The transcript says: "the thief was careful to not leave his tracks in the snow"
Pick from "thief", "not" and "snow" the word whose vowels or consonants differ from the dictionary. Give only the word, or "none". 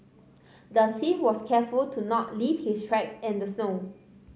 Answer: thief